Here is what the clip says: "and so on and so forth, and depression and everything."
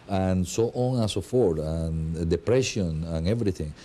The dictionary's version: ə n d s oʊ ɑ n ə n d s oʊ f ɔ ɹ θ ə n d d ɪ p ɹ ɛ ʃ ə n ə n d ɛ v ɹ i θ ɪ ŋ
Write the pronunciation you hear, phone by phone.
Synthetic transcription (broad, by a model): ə n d s oʊ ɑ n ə s oʊ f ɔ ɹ t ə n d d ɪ p ɹ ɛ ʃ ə n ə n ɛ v ɹ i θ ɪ ŋ